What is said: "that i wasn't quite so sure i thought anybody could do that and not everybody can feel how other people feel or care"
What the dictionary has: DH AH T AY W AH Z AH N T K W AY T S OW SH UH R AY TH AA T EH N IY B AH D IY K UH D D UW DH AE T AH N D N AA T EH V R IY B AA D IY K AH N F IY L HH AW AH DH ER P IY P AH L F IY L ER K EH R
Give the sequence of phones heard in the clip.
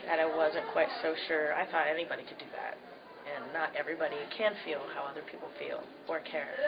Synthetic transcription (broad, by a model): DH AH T AY W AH Z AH N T K W AY T S OW SH UH R AY TH AA T EH N IY B AH D IY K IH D D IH DH AE T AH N N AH T EH V R IY B AA D IY K AH N F IY L HH AW AH DH ER P IY P L F IY L ER K EH R